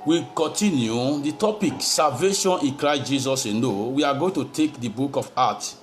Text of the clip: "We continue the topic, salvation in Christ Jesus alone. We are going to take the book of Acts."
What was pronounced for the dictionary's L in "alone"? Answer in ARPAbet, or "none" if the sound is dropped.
N